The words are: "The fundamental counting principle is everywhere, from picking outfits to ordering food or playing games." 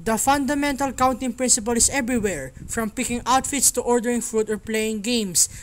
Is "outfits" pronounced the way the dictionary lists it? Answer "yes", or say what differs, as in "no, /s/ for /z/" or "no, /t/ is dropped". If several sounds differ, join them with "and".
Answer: yes